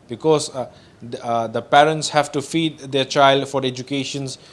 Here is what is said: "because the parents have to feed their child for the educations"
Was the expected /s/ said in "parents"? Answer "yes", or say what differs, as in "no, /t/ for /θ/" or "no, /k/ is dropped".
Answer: yes